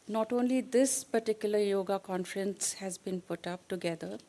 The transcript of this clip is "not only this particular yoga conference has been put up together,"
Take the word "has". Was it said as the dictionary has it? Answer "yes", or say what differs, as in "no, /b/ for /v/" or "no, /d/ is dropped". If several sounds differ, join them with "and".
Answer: yes